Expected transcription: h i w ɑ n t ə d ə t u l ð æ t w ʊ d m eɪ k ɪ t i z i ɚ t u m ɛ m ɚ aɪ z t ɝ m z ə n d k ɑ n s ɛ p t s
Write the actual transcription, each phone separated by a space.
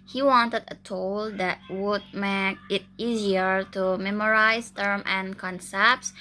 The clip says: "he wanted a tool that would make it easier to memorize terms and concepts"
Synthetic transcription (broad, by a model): h i w ɑ n t ə d ə t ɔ l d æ t w ʊ d m eɪ k ɪ t i z i ɚ t u m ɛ m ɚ aɪ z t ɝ m ə n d k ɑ n s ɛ p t s